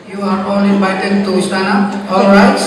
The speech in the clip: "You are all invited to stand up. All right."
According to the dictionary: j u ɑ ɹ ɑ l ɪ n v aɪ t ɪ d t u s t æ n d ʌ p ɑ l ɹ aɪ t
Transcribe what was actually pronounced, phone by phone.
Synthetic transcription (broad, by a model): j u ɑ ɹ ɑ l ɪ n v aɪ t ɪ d t u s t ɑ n ʌ ɑ l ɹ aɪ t